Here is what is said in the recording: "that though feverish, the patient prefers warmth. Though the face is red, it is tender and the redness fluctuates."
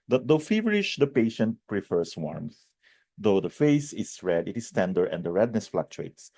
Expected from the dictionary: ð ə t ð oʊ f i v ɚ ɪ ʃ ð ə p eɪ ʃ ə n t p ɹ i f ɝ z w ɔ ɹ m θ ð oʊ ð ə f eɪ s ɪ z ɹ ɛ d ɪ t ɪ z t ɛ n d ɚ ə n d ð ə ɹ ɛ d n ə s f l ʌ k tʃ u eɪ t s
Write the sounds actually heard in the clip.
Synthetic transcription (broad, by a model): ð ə t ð oʊ f i v ɚ ɪ ʃ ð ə p eɪ ʃ ə n t p ɹ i f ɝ s w ɔ ɹ m θ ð oʊ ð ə f eɪ s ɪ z ɹ ɛ d ɪ t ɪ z t ɛ n d ɚ ə n d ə ɹ ɛ d n ə s f l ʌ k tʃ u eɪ t s